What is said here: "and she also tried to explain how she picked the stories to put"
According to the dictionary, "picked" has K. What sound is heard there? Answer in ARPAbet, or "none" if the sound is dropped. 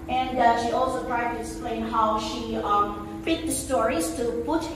none